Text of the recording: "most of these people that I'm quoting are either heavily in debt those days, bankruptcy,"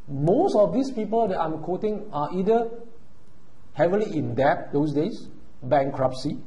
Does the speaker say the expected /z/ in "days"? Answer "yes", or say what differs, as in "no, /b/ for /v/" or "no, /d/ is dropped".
no, /s/ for /z/